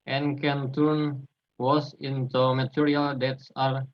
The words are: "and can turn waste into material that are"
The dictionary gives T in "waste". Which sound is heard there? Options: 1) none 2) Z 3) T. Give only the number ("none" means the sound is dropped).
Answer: 1